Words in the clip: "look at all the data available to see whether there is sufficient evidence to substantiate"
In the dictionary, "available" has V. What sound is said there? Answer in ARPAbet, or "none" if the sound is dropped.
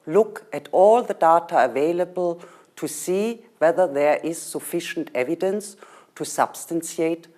V